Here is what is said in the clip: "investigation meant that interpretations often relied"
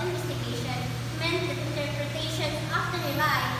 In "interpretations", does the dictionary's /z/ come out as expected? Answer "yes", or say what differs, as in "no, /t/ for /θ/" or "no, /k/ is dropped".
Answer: no, /z/ is dropped